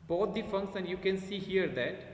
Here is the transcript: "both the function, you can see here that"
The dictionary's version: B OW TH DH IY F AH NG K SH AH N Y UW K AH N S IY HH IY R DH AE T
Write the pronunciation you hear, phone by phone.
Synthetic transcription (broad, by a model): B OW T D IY F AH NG K S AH N Y UW K AH N S IY HH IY R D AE T